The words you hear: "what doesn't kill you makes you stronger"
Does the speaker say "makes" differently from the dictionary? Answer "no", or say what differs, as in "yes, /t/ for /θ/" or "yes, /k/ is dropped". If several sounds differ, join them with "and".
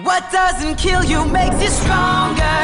no